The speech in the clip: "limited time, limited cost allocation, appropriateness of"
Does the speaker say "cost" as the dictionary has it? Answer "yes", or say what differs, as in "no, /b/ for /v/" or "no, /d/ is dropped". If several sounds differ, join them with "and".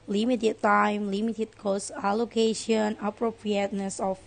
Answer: no, /t/ is dropped